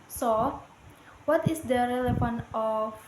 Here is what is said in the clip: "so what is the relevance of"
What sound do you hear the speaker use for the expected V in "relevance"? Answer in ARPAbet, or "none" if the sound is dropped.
F